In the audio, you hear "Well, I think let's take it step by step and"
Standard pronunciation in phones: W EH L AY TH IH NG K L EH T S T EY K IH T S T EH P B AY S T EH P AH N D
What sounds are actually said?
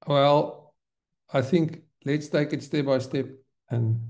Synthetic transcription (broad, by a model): W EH L AY TH IH NG K L EH T S T EY K IH T S T EH P B AY S T EH P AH N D